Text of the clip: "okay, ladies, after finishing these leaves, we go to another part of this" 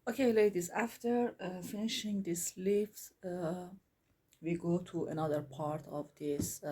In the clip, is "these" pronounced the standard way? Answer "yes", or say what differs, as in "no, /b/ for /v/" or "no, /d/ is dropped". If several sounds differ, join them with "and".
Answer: no, /s/ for /z/